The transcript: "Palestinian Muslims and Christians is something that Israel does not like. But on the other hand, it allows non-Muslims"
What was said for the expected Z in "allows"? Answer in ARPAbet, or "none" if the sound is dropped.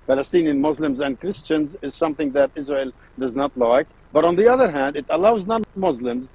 Z